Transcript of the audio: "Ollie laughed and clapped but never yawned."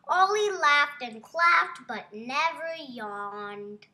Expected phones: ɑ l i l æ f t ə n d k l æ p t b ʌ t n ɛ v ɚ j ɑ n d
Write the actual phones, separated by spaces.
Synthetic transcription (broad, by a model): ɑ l i l æ f t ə n k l æ f t b ʌ t n ɛ v ɚ j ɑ n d